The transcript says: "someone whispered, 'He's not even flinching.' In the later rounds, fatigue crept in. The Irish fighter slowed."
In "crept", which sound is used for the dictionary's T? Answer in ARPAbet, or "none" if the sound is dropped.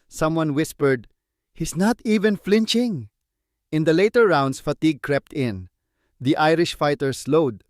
T